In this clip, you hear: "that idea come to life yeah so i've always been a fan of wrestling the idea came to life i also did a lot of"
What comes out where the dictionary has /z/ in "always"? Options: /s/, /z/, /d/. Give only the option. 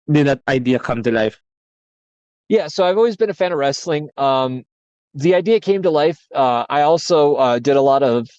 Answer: /z/